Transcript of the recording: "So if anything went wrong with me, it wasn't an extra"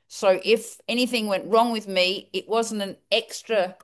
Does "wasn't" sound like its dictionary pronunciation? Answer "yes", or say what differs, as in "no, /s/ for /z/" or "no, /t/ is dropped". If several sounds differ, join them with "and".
yes